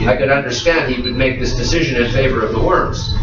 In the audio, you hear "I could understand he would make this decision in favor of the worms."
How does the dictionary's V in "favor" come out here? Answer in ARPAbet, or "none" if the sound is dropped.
V